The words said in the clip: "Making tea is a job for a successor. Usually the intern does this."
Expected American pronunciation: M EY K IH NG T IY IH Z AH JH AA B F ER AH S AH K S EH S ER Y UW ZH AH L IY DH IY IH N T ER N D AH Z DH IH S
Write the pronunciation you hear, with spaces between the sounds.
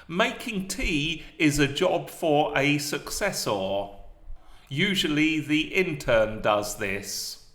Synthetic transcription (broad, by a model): M EY K IH NG T IY IH Z AH JH AA B F ER AH S AH K S EH S ER Y UW ZH AH L IY DH IY IH N T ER N D AH Z DH IH S